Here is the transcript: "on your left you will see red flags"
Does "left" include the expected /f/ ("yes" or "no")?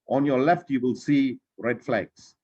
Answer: yes